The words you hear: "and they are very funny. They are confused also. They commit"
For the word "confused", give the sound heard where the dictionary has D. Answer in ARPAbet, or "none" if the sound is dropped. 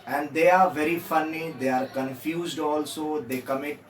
D